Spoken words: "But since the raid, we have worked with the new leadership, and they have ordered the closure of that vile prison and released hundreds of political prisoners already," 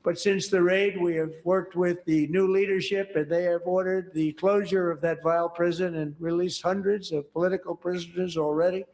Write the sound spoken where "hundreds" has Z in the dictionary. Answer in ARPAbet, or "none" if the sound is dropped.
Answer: Z